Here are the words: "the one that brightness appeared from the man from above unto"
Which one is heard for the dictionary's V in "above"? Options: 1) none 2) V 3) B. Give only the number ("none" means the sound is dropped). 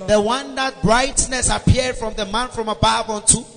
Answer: 3